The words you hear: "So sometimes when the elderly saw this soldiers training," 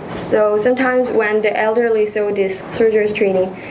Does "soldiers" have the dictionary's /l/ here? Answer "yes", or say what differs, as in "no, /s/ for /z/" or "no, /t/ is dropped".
no, /l/ is dropped